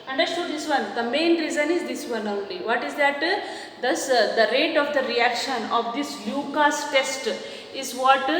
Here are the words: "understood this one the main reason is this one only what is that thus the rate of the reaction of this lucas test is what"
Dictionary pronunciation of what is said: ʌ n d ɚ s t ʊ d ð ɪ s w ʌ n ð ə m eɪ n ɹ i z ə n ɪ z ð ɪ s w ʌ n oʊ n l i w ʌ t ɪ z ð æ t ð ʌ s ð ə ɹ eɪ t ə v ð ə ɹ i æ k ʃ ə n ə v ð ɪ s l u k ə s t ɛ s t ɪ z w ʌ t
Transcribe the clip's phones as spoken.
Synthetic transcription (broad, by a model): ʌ n d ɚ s t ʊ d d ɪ s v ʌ n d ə m eɪ n ɹ i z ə n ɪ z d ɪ s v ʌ n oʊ l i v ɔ t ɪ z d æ t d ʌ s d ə ɹ eɪ t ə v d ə ɹ i æ k ʃ ə n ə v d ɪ s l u k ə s t ɛ s t ɪ z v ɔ t